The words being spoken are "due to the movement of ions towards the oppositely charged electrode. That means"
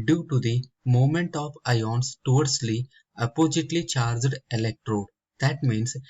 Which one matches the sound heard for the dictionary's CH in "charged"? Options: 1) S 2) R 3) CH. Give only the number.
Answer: 3